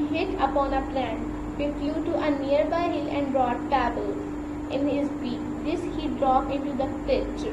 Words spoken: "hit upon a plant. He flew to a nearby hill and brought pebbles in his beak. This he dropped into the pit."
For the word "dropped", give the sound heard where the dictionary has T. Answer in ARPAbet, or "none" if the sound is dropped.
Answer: none